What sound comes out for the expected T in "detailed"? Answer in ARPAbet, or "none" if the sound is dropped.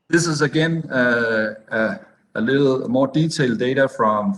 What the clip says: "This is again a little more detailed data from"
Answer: S